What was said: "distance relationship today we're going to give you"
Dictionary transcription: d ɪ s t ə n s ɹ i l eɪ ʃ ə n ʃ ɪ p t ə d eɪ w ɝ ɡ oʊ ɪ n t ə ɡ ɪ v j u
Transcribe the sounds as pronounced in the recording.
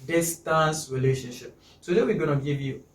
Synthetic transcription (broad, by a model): d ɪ s t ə n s ɹ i l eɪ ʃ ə n ʃ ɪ p s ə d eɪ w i ɡ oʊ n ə ɡ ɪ v j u